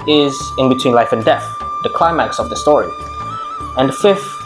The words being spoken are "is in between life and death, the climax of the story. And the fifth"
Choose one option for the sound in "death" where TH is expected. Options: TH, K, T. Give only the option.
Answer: TH